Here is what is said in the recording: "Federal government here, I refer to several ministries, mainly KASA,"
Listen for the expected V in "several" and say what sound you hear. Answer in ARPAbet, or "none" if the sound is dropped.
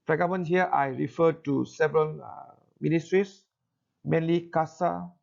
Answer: V